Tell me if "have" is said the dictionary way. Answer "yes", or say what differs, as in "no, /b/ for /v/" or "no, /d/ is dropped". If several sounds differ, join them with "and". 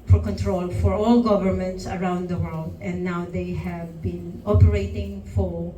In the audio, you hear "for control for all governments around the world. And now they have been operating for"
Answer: yes